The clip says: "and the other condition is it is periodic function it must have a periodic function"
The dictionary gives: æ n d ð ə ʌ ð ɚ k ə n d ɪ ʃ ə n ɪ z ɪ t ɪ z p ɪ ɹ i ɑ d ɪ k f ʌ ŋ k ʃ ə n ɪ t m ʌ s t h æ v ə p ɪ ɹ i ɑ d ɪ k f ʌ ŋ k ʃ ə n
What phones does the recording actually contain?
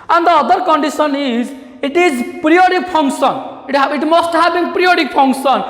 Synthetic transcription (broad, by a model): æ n d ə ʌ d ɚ k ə n d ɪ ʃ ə n ɪ z ɪ t ɪ z p ɹ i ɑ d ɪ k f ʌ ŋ k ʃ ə n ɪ t m ʌ s t h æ b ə p ɹ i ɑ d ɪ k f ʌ ŋ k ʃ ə n